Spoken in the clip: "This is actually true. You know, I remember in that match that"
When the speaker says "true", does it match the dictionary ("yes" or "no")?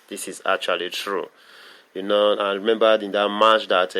yes